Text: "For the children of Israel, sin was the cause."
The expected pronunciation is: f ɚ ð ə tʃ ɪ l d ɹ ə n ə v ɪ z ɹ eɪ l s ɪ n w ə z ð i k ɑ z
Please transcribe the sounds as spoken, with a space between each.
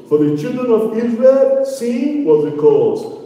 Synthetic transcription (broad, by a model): f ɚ ð ə tʃ ɪ l d ɹ ə n ə v ɪ z ɹ eɪ l s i w ə z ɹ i k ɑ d